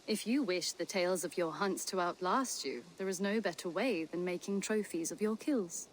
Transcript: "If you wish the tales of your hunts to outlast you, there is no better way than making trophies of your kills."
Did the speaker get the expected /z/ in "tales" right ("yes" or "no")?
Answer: yes